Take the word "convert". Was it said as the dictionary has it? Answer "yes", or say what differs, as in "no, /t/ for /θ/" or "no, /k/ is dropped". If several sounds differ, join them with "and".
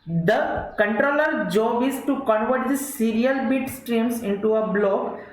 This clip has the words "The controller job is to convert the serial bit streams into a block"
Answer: yes